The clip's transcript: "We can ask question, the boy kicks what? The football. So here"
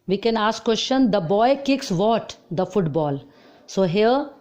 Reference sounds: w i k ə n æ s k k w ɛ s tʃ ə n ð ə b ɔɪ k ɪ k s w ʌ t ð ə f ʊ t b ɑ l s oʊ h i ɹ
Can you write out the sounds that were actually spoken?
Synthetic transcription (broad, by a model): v i k ə n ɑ s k k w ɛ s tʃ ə n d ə b ɔɪ k ɪ k s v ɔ t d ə f ʊ t b ɑ l s oʊ h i ɹ